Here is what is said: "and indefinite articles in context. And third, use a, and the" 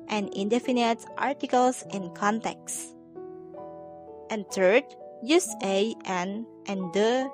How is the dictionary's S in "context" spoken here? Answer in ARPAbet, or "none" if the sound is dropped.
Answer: S